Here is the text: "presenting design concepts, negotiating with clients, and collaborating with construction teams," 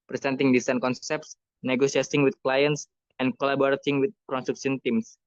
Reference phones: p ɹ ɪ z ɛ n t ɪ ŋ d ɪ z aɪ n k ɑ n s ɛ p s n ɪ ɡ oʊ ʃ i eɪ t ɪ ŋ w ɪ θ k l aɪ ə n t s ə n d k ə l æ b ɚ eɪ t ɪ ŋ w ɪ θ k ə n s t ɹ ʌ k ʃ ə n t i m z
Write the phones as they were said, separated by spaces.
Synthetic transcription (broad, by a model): p ɹ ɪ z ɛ n t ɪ ŋ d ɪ s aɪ n k ɑ n s ɛ p s n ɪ ɡ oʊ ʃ i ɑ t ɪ ŋ w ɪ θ k l aɪ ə n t s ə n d k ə l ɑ b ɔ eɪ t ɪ ŋ w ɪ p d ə n s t ɹ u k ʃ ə n t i m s